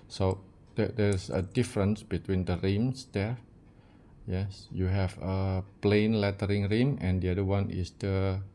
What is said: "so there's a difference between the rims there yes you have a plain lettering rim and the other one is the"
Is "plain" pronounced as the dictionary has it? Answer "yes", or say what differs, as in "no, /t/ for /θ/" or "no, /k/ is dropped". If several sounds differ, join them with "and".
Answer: yes